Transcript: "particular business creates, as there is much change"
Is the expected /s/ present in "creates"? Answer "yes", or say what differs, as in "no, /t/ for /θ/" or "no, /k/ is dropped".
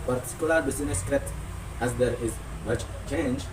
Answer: no, /s/ is dropped